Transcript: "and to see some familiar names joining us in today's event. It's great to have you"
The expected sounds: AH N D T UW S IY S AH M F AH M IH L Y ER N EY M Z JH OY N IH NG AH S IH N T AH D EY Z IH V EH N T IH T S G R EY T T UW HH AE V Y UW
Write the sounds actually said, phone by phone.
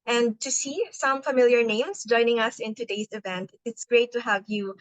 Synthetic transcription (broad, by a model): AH N D T UW S IY S AH M F AH M IH L Y ER N EY M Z JH OY N IH NG AH S IH N T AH D EY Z IH V EH N T IH T S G R EY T T UW HH AE V Y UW